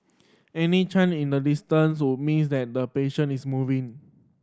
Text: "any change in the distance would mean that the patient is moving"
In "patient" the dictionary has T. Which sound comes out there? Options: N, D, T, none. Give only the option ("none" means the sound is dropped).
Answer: none